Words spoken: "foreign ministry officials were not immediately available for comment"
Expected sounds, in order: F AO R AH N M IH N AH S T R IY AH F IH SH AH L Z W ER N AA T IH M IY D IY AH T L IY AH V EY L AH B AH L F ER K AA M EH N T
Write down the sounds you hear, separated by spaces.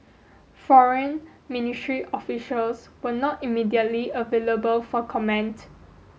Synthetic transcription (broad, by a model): F AO R AH N M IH N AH S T R IY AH F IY SH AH L S W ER N AA T IH M IY D IY AH T L IY AH V EY L AH B AH L F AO K AA M EH N T